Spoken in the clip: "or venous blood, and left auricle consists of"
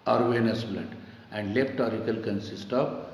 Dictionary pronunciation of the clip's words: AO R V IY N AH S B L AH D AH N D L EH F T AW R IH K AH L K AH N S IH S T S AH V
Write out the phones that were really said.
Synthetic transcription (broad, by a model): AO R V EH N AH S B L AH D AH N D L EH P T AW R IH K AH L K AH N S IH S T AH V